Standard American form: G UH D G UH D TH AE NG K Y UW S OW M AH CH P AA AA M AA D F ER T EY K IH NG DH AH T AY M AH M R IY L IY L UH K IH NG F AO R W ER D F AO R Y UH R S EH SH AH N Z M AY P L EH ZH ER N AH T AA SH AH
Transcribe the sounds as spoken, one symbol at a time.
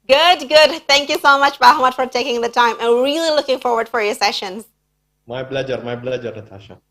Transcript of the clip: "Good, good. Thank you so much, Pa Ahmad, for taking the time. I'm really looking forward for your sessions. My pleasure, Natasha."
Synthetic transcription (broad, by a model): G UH D G UH D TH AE NG K Y UW S OW M AH CH B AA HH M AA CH F ER T EY K IH NG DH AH T AY M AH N R IY L IY L UH K IH NG F AO R W ER D F AO R Y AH R S EH SH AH N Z M AY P L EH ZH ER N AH T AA SH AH